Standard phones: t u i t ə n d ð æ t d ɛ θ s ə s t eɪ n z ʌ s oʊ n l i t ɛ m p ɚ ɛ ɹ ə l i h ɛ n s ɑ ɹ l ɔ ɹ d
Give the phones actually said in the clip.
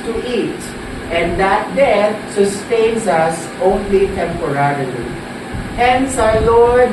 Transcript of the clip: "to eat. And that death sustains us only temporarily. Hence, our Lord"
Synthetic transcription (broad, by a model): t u i t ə n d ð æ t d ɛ t s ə s t eɪ n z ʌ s oʊ n l i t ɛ m p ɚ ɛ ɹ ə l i h ɛ n s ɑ l ɔ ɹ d